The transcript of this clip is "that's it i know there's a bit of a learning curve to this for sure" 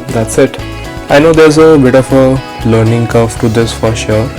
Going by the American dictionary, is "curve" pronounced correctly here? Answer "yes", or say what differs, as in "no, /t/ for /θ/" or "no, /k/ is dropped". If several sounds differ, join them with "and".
no, /f/ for /v/